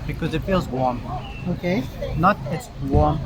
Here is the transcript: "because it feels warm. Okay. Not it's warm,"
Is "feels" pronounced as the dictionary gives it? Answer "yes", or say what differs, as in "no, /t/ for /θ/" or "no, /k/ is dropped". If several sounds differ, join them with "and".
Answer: yes